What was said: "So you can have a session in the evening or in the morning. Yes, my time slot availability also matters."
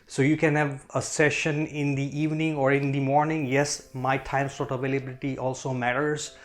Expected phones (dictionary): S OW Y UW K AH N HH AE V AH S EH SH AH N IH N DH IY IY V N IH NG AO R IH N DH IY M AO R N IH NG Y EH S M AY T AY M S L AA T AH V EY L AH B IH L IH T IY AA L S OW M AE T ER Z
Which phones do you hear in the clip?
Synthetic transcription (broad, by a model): S OW Y UW K AH N HH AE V AH S EH SH AH N IH N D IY IY V N IH NG AO R IH N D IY M AO R N IH NG Y EH S M AY T AY M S AA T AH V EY L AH B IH L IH T IY AA L S OW M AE T ER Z